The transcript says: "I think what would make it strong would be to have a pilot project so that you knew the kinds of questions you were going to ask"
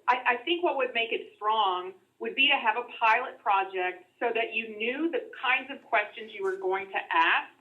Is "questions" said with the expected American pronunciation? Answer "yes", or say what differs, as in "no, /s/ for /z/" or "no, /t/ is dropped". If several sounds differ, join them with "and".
yes